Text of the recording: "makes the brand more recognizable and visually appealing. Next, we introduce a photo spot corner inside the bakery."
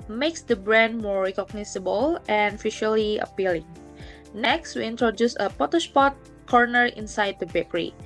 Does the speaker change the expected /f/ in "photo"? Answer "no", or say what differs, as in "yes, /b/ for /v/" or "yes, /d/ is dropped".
yes, /p/ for /f/